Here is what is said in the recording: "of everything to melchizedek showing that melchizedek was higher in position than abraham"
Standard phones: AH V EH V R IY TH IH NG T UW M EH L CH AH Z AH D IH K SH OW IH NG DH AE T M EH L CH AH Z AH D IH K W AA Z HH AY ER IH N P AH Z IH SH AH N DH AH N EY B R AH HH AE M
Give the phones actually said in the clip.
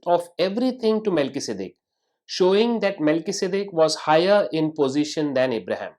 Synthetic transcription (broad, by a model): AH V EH V R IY T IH NG T UW M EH L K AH S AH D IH K SH OW IH NG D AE T M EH L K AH S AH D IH K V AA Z HH AY ER IH N P AH Z IH SH AH N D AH N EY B R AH HH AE M